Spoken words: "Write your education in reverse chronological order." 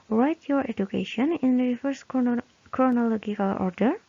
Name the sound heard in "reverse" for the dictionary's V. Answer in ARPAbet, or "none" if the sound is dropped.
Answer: F